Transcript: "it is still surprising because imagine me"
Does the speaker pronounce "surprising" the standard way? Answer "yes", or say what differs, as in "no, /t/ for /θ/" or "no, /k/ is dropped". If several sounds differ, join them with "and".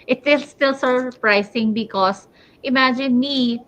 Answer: no, /s/ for /z/